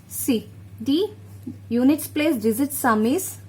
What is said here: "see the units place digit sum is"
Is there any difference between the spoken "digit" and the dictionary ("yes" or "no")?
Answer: yes